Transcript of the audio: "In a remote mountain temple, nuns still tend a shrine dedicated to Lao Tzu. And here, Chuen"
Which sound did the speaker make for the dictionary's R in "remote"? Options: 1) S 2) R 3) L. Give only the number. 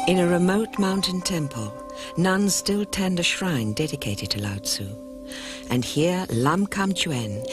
2